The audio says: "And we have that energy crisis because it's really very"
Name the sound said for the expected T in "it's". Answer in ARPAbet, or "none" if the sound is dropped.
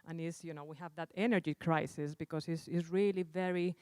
S